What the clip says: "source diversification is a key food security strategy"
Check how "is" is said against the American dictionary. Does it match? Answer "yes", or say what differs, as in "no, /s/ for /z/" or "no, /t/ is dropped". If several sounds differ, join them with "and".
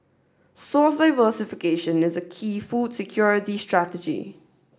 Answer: yes